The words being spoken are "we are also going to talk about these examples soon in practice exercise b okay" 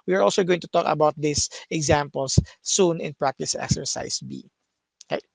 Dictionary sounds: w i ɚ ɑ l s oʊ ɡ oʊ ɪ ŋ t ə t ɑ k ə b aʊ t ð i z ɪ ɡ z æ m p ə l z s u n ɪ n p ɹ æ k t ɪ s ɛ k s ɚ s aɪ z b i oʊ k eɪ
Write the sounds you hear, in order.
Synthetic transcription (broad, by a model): w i ɚ ɑ l s oʊ ɡ oʊ ɪ ŋ t ə t ɑ k ə b aʊ t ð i s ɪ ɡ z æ m p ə l s u n ɪ n p ɹ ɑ k t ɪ s ɛ k s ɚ s aɪ s b i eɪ